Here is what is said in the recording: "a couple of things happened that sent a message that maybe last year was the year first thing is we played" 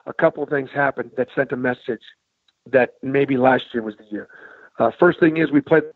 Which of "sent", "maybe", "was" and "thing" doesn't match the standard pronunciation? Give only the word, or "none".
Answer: none